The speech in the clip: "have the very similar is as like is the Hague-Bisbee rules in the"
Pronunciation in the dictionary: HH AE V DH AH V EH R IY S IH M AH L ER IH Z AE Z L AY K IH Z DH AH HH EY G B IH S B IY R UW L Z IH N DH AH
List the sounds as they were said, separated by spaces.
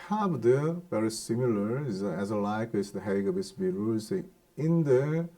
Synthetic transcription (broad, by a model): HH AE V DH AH V EH R IY S IH M AH L ER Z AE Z L AY K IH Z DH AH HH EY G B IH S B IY R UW Z IH N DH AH